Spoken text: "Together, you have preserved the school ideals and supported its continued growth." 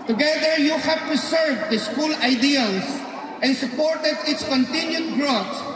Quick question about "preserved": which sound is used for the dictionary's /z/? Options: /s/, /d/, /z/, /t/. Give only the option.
/s/